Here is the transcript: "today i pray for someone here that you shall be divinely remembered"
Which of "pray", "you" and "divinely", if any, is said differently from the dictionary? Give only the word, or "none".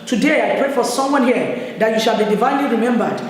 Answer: none